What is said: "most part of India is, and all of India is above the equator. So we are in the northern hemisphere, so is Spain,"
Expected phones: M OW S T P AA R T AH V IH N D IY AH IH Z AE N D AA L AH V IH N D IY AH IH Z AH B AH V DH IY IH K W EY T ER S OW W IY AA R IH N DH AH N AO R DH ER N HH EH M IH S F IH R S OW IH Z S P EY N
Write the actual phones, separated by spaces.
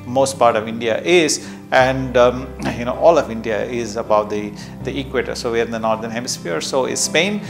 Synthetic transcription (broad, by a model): M OW S T P AA R T AH V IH N D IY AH IH Z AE N D AA L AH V IH N D IY AH IH Z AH B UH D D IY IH K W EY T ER S OW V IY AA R IH N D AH N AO R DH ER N HH EH M IH S F IH R S OW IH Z S P EY N